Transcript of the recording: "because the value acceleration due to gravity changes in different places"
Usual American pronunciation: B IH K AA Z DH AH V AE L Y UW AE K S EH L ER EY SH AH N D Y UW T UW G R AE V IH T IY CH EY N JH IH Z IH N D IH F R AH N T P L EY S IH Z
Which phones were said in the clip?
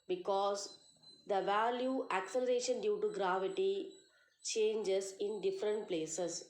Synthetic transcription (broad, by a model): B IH K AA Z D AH V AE L Y UW AE K S EH L ER EY SH AH N D Y UW T UW G R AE V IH T IY CH EY N JH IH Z IH N D IH F R AH N T P L EY S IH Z